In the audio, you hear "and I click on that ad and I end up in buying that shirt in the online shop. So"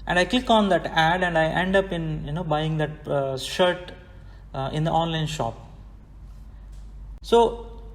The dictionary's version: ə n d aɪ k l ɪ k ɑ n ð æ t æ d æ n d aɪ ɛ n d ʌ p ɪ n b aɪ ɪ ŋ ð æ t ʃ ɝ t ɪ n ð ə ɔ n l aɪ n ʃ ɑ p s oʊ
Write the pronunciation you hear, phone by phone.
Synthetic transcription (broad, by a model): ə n d aɪ k ɪ k ɑ n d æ t æ d æ n d aɪ ɛ n d ʌ p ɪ n b aɪ ɪ ŋ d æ t ʃ ɝ t ɪ n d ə ɔ n l aɪ n ʃ ɑ p s oʊ